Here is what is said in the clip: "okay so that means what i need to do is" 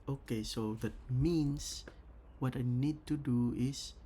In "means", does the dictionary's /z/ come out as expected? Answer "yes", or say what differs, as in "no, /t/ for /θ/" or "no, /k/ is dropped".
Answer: no, /s/ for /z/